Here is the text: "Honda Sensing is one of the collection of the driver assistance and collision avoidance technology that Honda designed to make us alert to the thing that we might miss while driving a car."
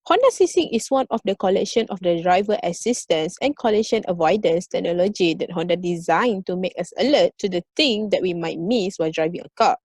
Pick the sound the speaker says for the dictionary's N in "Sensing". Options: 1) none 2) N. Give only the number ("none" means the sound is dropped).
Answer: 1